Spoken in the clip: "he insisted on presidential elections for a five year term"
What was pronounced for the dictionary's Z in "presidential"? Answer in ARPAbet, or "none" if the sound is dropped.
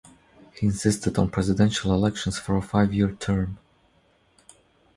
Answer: Z